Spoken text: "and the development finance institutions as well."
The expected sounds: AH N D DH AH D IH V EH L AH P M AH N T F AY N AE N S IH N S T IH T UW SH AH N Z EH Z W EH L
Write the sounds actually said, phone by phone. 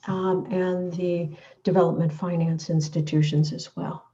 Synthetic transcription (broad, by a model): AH N DH AH D IH V EH L AH P M AH N T F AY N AE N S IH N S T IH T UW SH AH N Z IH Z W EH L